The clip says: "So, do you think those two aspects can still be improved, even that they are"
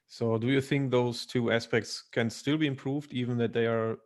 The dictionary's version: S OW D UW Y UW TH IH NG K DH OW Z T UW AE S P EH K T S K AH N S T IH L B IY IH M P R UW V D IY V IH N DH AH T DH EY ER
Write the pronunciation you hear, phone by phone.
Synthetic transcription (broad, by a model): S OW D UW Y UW TH IH NG K DH OW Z T UW AE S P EH K T S K AH N S T IH L B IY IH M P R UW V D IY V IH N DH AH T DH EY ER